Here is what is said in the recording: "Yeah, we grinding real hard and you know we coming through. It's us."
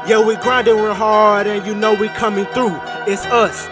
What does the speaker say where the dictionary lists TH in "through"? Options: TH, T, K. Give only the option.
TH